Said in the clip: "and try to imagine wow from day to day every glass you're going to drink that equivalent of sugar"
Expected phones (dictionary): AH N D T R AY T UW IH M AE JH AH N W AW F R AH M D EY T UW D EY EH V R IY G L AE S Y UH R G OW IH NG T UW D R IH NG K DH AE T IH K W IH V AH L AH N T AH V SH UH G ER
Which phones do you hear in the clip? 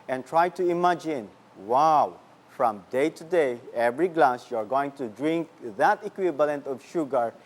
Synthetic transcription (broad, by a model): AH N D T R AY T UW IH M AE JH AH N W AW F R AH M D EY T UW D EY EH V R IY G L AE S Y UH R G OW IH NG T UW D R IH NG K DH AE T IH K W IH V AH L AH N T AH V SH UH G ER